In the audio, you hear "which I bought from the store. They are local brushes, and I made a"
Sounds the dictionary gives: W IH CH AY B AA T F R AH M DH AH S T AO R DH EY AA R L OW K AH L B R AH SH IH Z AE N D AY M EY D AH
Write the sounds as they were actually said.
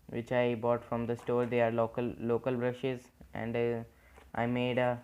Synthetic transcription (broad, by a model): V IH CH AY B AA T F R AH M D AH S T AO R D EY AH L L OW K AH L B R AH SH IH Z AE N D AY M EY D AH